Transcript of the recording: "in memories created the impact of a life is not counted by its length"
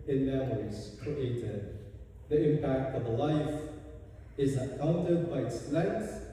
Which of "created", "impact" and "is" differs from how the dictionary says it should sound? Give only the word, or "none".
none